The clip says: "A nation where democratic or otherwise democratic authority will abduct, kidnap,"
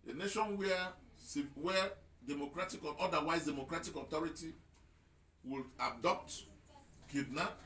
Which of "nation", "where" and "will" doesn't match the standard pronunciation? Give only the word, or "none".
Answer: where